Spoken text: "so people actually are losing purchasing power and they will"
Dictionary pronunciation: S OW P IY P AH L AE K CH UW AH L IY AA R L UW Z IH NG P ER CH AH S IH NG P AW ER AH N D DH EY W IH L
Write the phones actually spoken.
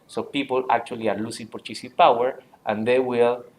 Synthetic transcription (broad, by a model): S OW P IY P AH L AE K CH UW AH L IY AA R L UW S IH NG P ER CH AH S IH P AW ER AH N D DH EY W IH L